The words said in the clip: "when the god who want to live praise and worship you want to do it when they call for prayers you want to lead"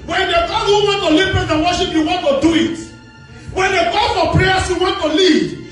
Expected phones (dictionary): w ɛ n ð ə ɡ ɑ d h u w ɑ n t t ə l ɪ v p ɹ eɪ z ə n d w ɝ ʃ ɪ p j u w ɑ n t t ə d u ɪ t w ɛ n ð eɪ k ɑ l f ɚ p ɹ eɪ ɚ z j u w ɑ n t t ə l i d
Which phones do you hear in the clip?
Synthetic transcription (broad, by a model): w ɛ n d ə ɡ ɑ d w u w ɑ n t t ə l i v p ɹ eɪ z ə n w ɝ ʃ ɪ p j u w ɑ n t t ə d u ɪ t w ɛ n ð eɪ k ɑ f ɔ p ɹ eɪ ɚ s j u w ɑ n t t ə l i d